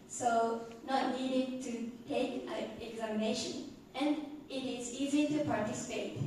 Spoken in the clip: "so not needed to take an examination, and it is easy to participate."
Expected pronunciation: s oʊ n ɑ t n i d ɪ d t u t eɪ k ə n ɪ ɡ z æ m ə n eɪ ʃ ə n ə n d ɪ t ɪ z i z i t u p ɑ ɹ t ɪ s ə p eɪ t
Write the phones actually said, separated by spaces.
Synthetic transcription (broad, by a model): s oʊ n ɑ t n i d ɪ d t u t eɪ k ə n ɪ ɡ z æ m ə n eɪ ʃ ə n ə n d ɪ t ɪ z i z i t u p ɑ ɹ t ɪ s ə p eɪ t